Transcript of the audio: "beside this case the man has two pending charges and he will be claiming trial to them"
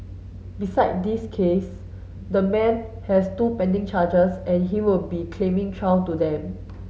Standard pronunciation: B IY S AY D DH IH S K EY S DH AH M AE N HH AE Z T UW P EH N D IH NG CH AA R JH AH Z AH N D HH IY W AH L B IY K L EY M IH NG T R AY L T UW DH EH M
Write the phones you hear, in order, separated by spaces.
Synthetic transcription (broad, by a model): B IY S AY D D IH S K EY S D AH M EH N HH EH S T UW P EH N D IH NG CH AA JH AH S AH N HH IY W AH L B IY K L EY M IH NG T R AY W T UW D EH M